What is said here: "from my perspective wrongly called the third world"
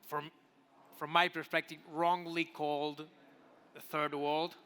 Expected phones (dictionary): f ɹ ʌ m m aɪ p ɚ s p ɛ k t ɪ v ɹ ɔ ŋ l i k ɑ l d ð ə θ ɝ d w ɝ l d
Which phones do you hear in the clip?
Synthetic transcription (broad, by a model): f ɹ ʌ m m aɪ p ɚ s p ɛ k t ɪ v ɹ ɔ ŋ l i k ɑ l d ð ə θ ɝ d w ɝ l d